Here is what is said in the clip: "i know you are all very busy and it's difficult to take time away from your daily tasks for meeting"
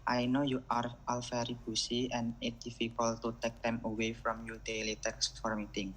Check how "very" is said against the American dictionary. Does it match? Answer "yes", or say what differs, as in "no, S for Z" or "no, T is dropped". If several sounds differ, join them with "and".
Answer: no, F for V